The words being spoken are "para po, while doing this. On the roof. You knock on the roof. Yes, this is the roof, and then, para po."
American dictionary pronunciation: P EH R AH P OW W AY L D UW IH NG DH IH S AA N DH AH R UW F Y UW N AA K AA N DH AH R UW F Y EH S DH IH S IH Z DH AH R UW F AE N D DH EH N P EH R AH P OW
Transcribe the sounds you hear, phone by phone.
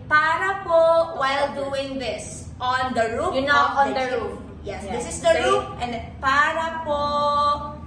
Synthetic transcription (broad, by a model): P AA R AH P OW W AY L D UW IH NG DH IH S AA N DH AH R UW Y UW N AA AA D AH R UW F Y EH S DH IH S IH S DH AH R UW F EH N P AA R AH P OW